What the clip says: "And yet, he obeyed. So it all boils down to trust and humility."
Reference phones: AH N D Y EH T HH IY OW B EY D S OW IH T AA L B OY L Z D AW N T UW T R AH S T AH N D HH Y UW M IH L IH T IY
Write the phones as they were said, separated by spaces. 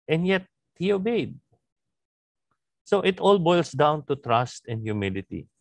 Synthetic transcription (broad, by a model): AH N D Y EH T HH IY OW B EY D S OW IH T AA L B OY L S D AW N T UW T R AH S T AH N D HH Y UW M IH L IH T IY